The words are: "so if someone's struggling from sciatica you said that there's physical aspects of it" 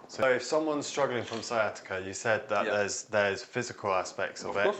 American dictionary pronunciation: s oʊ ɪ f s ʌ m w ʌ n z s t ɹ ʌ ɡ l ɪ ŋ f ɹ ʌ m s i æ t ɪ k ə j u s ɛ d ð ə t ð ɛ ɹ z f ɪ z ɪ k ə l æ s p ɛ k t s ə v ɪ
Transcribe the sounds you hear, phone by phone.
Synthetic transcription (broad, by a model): s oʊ ɪ f s ʌ m w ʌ n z s t ɹ ʌ ɡ l ɪ ŋ f ɹ ʌ m s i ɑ t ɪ k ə j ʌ s ɛ d ð ə t ð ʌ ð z f ɪ z ɪ k ə l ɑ s p ɛ k t s ə v ɪ